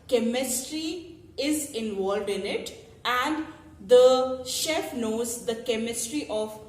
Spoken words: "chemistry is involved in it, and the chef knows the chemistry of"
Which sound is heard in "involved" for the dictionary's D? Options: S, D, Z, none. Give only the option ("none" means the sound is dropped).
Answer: D